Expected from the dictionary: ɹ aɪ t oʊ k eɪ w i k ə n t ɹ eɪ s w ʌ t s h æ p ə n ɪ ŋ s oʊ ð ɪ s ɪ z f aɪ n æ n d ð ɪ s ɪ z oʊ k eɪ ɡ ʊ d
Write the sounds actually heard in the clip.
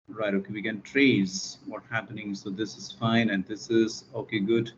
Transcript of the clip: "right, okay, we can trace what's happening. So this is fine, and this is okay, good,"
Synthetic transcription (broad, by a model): ɹ aɪ t oʊ k eɪ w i k ə n t ɹ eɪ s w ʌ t h æ p ə n ɪ ŋ s oʊ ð ɪ s ɪ z f aɪ n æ n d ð ɪ s ɪ z oʊ k eɪ ɡ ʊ d